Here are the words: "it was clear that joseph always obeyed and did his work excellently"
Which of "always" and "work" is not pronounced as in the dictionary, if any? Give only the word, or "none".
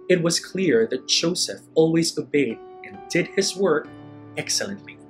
none